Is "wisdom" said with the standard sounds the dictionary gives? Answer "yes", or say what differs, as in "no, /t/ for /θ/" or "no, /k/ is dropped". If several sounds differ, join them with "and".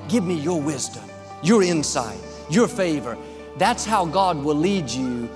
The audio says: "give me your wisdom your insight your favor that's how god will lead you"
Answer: yes